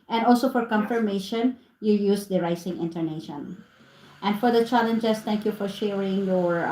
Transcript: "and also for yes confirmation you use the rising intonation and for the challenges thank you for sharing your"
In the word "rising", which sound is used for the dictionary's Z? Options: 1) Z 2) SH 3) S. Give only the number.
3